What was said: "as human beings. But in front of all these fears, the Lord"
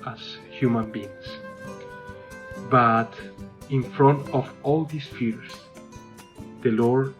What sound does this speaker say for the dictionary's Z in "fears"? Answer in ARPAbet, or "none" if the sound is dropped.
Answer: S